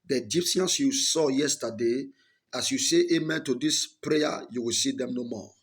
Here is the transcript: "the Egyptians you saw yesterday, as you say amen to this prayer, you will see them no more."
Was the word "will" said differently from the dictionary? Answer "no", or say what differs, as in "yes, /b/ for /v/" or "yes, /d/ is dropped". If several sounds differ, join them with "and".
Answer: no